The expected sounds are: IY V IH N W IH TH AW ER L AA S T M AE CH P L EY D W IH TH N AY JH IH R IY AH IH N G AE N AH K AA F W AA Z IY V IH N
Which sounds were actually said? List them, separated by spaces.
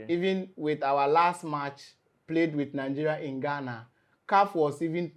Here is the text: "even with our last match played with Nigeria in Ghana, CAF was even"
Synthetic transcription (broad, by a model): IY V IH N W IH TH AW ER L AA S T M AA CH P L EY D W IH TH N AY JH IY R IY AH IH N G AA N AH K AA F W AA S IY V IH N